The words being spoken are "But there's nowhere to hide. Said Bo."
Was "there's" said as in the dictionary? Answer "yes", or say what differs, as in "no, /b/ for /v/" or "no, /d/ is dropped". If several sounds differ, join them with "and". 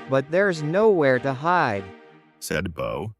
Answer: yes